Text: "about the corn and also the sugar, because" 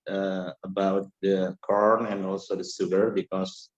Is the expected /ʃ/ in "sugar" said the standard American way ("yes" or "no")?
no